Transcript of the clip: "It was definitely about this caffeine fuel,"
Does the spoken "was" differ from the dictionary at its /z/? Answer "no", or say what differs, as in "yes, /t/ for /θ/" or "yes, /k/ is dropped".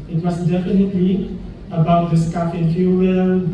yes, /s/ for /z/